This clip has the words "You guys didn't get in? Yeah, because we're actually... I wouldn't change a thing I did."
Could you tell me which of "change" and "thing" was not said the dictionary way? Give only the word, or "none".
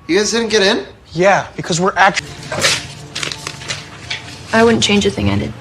none